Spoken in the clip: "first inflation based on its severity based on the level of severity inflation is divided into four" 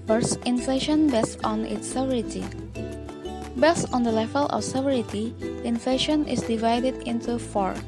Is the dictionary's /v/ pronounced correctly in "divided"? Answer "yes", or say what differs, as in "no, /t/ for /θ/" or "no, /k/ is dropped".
yes